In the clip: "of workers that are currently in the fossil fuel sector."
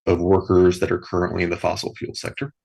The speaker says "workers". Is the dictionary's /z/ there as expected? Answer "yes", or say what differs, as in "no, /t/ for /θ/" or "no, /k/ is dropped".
yes